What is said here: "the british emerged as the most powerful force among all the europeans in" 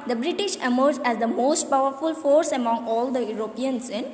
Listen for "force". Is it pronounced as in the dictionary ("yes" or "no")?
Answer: yes